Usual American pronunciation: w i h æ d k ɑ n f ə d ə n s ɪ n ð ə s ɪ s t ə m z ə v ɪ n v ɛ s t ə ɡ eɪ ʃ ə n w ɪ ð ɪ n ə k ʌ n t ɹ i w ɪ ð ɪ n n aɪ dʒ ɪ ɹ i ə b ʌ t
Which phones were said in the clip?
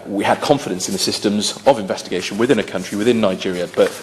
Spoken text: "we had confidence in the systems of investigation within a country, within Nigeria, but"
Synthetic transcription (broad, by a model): w i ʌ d k ɑ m f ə d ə n s ɪ n ð ə s ɪ s t ə m z ə v ɪ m v ɛ s t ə ɡ eɪ ʃ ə n w ɪ ð ɪ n ə k ʌ n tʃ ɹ i w ɪ ð ɪ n n aɪ dʒ ɪ ɹ i ə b ʌ t